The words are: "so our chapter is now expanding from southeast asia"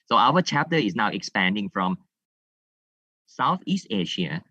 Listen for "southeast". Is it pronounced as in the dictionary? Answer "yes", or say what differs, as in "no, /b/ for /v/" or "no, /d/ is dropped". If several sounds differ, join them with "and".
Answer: yes